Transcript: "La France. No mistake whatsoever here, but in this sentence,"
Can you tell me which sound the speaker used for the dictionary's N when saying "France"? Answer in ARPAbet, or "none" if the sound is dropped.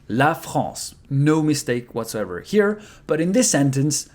none